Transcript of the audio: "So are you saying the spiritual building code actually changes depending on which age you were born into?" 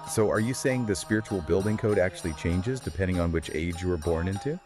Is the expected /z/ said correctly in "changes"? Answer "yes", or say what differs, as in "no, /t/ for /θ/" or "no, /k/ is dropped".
yes